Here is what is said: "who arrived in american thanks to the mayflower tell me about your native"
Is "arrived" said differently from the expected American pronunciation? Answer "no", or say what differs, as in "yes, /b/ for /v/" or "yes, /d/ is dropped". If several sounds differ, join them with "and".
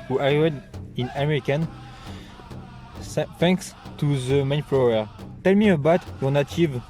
yes, /v/ is dropped